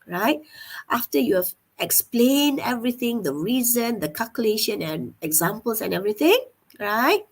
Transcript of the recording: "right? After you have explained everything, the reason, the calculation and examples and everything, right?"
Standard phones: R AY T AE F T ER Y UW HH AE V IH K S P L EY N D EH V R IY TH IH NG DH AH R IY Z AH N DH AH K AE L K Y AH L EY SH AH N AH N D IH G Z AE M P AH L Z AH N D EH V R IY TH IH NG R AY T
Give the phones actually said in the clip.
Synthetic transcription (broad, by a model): R AY T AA F T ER Y UW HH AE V IH K S P L EY N D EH V R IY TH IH NG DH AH R IY Z AH N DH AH K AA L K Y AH L EY SH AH N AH N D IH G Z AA M P AH L S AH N EH V R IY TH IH NG R AY T